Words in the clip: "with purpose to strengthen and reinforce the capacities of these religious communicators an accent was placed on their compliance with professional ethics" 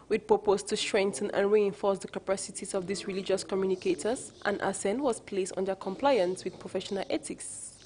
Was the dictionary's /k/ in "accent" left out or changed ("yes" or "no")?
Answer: yes